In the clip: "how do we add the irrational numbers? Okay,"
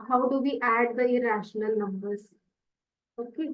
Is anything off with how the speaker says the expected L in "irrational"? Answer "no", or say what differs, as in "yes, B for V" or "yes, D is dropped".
no